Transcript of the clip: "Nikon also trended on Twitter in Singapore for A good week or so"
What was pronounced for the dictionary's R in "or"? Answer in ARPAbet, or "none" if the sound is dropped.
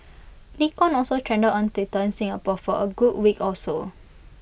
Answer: L